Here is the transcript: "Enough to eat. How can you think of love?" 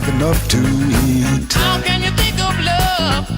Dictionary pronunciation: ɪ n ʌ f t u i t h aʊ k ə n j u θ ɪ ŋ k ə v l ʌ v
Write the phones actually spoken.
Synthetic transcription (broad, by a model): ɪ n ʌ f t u i t h aʊ k ə n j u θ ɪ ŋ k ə b l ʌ